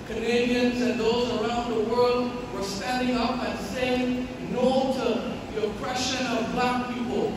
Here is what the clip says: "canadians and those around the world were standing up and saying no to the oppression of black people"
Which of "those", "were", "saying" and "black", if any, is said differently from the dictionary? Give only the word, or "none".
none